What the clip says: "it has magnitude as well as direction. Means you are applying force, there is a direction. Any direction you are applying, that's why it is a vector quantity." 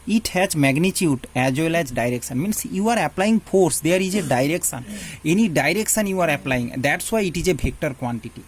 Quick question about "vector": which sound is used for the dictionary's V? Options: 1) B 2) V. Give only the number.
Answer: 1